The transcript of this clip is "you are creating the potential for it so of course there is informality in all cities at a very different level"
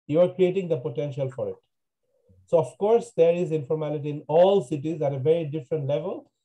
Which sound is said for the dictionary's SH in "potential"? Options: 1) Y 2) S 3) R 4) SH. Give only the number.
4